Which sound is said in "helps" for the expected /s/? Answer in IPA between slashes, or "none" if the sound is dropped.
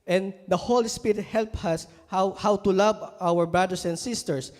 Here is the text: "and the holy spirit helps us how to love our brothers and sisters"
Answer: none